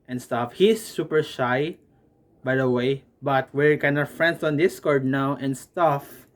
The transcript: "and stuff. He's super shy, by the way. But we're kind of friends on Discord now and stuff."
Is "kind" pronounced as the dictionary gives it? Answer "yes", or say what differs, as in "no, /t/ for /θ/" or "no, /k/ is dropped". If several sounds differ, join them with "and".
no, /d/ is dropped